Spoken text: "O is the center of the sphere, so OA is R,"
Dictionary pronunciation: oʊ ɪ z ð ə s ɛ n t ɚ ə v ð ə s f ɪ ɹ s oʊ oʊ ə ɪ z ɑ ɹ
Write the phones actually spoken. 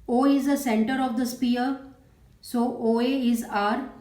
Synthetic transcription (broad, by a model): oʊ ɪ z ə s ɛ n t ɚ ə v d ə s p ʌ ɹ s oʊ oʊ ə ɪ z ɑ ɹ